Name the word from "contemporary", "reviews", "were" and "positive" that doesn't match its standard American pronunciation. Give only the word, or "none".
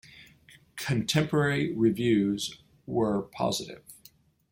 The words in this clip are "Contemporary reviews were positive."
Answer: none